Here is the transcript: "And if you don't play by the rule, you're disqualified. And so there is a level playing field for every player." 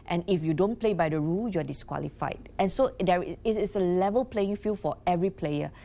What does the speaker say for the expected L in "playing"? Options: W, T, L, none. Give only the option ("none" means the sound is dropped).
L